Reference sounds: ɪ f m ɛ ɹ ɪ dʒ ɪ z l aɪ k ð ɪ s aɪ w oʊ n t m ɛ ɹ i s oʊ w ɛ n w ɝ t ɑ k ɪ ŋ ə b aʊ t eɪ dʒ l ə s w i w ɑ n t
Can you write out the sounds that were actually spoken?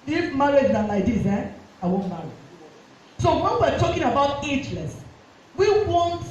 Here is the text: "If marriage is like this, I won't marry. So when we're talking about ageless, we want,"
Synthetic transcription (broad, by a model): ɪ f m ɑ ɹ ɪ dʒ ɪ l aɪ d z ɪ aɪ w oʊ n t m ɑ ɹ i s oʊ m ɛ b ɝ t ɑ k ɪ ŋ ə b aʊ t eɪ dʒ l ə s w i w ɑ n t